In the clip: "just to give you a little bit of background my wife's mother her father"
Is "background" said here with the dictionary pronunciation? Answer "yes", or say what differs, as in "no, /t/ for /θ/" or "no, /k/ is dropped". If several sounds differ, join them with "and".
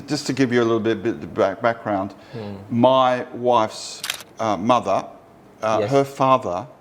yes